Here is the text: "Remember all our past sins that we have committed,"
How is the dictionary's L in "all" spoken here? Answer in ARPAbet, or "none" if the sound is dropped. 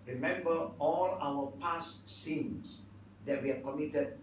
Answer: L